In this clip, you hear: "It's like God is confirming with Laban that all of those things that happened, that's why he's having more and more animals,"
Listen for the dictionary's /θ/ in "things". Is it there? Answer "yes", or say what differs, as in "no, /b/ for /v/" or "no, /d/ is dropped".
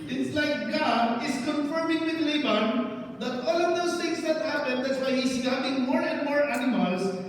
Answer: no, /t/ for /θ/